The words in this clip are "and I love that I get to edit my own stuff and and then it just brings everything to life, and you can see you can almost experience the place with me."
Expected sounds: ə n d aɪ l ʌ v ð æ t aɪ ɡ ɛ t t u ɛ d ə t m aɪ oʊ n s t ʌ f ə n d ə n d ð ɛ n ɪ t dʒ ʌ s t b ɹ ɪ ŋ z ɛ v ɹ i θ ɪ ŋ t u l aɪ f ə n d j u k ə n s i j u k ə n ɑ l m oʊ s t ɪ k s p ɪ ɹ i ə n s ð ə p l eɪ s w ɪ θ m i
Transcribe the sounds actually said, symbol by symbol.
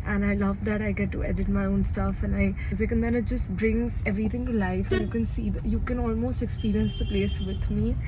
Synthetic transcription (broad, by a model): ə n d aɪ l ʌ v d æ t aɪ ɡ ɛ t t u ɛ d ə t m aɪ oʊ n s t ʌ f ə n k ə n d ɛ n ɪ t dʒ ʌ s t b ɹ ɪ ŋ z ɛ v ɹ i t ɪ ŋ t u l aɪ f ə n j u k ə n s i j u k ə n ɑ l m oʊ s t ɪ k s p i ɹ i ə n s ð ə p l eɪ s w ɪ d m i